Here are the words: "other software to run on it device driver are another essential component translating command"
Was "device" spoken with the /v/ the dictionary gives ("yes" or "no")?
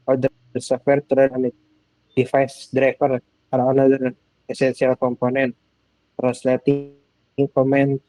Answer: no